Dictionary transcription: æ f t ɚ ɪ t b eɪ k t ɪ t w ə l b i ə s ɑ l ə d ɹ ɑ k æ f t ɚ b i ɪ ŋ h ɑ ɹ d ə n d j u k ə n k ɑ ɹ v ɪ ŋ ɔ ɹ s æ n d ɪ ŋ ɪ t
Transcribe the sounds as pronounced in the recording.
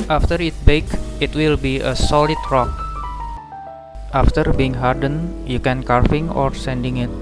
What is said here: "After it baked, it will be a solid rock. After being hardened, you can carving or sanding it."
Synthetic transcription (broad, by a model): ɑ f t ɚ ɪ t b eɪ k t ɪ t w ə l b i ə s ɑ l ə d ɹ ɑ k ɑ f t ɚ b i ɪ ŋ h ɑ ɹ d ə n j u k ə n k ɑ ɹ f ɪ ŋ ɔ ɹ s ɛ n d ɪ ŋ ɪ t